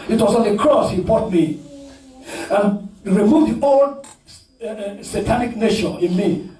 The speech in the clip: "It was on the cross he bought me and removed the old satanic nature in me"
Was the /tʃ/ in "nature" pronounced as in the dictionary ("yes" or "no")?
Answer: no